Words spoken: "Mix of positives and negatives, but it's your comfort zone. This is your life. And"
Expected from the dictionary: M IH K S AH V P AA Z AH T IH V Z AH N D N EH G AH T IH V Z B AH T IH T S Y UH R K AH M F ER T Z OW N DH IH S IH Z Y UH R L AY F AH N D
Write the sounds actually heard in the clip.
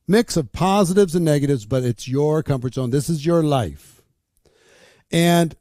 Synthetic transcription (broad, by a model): M IH K S AH V P AA Z AH T IH V Z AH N N EH G AH T IH V Z B AH T IH T S Y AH R K AH M F ER T S OW N DH IH S IH Z Y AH R L AY F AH N